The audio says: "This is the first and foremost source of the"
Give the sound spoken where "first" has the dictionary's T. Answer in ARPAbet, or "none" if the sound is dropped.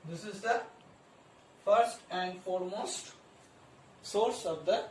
T